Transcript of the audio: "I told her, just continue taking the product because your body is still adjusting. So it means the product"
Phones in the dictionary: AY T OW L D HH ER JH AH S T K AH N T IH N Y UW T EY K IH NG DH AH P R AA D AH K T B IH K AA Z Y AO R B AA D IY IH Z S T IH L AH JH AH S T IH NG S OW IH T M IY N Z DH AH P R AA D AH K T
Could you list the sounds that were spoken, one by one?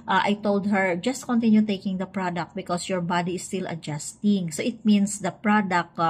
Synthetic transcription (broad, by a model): AY T OW L D HH ER JH AH S T K AH N T IH N Y UW T EY K IH NG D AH P R AA D AH K T B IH K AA S Y AO R B AA D IY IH S T IH L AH JH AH S T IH NG S OW IH T M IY N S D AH P R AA D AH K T